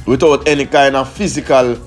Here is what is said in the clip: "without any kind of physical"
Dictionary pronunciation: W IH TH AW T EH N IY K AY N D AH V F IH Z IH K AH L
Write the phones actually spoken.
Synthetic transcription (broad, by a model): W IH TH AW T EH N IY K AY N D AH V F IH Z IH K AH L